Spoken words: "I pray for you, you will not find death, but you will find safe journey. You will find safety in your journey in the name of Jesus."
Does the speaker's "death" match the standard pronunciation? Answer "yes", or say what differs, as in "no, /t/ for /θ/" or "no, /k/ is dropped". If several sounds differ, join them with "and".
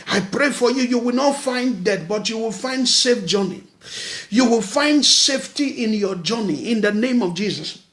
no, /t/ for /θ/